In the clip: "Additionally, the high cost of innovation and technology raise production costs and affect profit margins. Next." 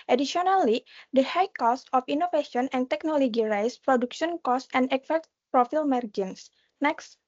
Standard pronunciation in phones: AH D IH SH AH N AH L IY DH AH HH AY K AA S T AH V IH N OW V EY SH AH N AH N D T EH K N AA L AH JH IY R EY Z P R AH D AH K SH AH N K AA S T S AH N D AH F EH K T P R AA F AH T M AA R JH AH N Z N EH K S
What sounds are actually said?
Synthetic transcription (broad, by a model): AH D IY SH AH N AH L IY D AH HH AY K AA S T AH F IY N OW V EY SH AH N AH N T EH K N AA L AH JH IY R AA S P R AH D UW K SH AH N K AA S S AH N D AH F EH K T P R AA F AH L M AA R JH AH N S N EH K S